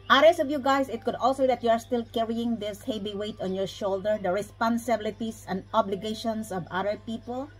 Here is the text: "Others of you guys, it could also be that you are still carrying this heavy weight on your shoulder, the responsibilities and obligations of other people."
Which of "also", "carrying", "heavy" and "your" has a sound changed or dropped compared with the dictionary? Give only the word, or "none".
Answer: heavy